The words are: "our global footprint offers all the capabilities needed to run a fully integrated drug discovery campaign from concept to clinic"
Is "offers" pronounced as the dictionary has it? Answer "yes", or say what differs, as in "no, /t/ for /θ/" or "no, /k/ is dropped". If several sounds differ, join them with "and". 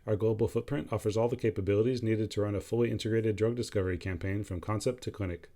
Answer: yes